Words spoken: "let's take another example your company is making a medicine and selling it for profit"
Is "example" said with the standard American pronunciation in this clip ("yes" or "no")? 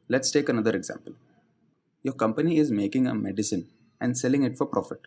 yes